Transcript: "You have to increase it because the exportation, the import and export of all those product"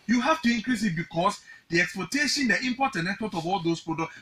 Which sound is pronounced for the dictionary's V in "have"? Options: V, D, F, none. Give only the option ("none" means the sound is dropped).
F